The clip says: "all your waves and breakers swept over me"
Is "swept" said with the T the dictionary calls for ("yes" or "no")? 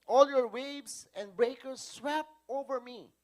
no